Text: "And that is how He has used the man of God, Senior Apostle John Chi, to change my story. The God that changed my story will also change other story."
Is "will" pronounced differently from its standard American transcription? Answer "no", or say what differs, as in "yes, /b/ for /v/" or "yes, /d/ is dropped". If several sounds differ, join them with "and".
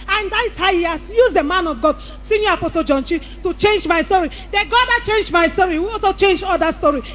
yes, /w/ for /l/